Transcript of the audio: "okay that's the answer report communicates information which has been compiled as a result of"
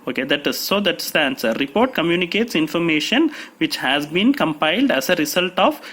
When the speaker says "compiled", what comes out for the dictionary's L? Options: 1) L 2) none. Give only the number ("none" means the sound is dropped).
1